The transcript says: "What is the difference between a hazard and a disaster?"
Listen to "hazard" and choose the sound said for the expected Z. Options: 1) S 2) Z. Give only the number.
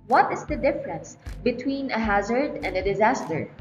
2